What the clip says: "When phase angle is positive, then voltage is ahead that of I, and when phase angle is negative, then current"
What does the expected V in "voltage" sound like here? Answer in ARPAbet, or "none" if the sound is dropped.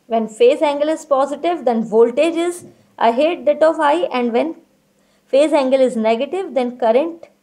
V